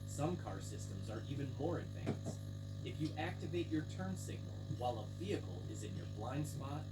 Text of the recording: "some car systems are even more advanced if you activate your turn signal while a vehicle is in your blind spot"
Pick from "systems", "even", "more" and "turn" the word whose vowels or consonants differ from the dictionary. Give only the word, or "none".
none